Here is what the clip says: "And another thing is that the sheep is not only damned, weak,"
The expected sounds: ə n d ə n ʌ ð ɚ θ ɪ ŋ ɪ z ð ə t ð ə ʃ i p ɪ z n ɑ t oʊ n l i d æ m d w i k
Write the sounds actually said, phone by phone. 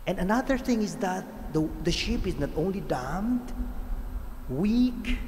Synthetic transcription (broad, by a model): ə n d ə n ʌ ð ɚ θ ɪ ŋ ɪ z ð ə t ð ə ʃ i p ɪ z n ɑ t oʊ n l i d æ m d w i k